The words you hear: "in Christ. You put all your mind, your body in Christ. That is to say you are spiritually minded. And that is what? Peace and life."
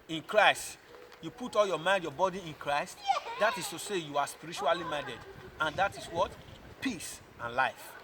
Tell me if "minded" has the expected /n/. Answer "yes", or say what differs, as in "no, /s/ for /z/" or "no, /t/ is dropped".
no, /n/ is dropped